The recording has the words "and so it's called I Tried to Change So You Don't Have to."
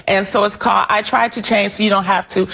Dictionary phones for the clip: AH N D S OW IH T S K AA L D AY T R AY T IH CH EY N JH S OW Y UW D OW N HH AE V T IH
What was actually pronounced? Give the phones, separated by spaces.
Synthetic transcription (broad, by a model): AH N S OW IH T S K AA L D AY T R AY T IH CH EY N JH S OW Y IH D OW N HH AE F T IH